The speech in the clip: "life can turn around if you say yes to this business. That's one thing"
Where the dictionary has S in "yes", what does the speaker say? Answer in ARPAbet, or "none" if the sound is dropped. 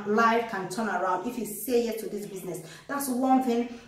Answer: none